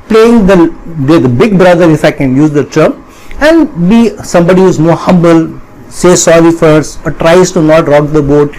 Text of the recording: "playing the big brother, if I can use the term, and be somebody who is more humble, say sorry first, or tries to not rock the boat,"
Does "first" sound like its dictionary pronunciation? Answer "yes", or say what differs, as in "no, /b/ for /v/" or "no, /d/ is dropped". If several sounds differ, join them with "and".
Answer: no, /t/ is dropped